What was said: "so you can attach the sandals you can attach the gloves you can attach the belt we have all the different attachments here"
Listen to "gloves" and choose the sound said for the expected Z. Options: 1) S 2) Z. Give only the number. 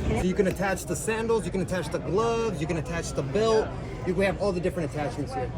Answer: 2